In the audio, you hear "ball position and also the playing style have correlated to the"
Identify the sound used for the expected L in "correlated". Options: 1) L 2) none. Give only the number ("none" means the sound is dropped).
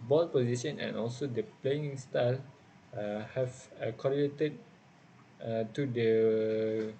2